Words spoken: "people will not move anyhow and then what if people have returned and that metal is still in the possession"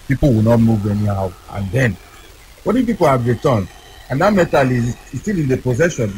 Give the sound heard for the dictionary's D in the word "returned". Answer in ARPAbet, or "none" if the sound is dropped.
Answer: none